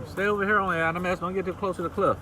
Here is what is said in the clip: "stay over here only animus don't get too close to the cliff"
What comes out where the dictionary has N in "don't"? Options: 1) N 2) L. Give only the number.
2